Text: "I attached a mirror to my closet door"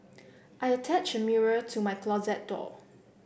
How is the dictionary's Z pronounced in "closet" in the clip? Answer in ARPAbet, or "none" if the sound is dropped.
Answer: Z